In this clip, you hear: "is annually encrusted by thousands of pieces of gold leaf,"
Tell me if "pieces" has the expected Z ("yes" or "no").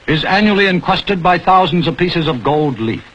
yes